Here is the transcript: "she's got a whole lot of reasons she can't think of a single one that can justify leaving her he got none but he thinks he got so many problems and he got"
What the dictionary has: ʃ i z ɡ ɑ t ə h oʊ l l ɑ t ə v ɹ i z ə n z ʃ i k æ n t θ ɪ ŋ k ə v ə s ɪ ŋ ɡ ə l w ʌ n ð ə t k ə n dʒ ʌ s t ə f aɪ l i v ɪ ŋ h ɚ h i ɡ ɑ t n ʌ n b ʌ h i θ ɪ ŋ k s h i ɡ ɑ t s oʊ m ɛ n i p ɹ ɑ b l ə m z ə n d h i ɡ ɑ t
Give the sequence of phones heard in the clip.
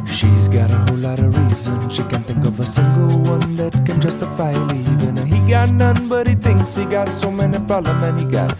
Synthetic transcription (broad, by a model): ʃ i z ɡ ɑ t ə h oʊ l l ɑ t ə ɹ i z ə n ʃ i k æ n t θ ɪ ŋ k ə v ə s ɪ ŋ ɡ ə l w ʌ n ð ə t k ə n dʒ ʌ s t ə f aɪ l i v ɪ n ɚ h i ɡ ɑ t n ʌ n b ʌ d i t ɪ ŋ k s h i ɡ ɑ t s oʊ m ɛ n i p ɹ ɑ l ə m ə n h i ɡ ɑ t